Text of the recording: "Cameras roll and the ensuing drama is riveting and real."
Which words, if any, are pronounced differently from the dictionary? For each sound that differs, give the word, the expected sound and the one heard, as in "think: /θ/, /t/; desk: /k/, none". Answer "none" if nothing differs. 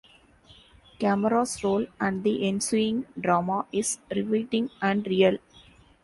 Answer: cameras: /z/, /s/